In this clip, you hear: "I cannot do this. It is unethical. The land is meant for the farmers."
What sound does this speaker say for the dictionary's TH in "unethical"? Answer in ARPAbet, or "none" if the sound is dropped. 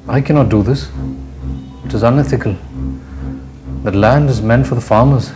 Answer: TH